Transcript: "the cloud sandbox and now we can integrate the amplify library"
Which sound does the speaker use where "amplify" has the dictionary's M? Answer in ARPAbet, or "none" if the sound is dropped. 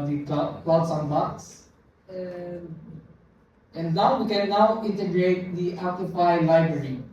none